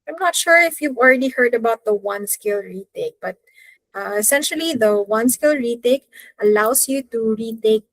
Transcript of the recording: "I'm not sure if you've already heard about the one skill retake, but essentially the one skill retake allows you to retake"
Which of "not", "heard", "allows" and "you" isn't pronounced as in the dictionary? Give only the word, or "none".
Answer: allows